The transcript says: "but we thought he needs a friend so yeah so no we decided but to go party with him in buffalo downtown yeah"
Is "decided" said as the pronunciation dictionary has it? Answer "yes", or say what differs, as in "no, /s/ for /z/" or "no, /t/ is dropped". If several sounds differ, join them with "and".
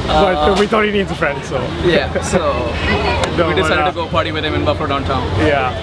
no, /s/ is dropped